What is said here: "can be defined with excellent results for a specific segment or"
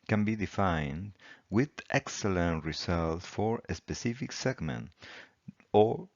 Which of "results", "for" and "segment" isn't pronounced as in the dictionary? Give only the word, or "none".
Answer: results